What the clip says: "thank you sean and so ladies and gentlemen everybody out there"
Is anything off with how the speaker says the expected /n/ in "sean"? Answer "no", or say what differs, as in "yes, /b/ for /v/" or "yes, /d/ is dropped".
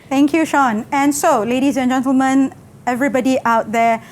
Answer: no